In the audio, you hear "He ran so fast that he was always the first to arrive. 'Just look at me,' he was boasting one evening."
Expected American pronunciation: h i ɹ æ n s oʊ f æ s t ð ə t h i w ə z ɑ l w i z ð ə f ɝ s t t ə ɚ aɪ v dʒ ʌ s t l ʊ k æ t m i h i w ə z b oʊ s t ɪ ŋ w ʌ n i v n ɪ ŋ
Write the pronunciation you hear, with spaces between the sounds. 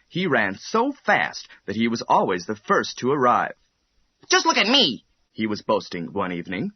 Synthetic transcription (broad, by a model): h i ɹ æ n s oʊ f æ s t ð ə t h i w ə z ɑ l w i z ð ə f ɝ s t t ə ɚ aɪ v dʒ ʌ s t l ʊ k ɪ t m i h i w ə z b oʊ s t ɪ ŋ w ʌ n i v n ɪ ŋ